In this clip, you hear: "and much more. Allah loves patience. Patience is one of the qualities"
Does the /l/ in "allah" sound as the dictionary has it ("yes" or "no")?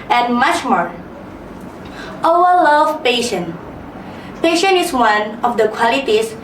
no